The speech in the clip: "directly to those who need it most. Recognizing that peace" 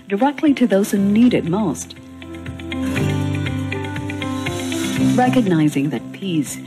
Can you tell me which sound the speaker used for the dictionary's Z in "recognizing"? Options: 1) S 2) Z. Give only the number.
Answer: 2